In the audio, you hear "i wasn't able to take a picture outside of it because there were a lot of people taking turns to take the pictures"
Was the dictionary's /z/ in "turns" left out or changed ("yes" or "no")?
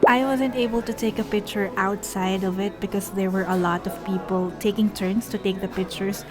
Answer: yes